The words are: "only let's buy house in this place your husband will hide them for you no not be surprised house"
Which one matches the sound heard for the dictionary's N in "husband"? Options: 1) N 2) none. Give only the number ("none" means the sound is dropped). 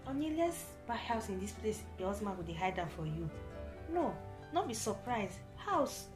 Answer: 2